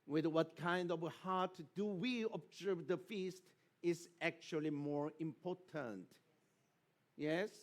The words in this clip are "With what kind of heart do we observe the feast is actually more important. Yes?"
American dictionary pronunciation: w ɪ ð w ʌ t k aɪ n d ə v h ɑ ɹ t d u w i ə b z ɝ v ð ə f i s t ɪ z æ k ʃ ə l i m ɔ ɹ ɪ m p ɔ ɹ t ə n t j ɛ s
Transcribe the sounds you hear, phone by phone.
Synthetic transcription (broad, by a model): w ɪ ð w ʌ t k aɪ n d ə v h ɑ ɹ t d u w i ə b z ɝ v ð ə f i s t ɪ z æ k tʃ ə l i m ɔ ɹ ɪ m p ɔ ɹ t ə n t j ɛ s